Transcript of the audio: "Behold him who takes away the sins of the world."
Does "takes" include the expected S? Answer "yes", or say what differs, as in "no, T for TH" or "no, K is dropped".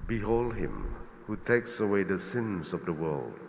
yes